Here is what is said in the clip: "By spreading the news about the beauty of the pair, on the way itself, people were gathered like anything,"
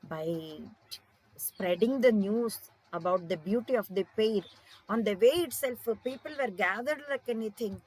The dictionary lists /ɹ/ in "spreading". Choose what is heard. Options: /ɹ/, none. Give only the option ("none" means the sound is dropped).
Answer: /ɹ/